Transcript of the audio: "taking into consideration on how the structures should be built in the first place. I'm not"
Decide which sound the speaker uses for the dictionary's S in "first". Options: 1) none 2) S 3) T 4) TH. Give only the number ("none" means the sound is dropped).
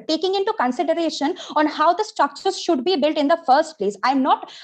2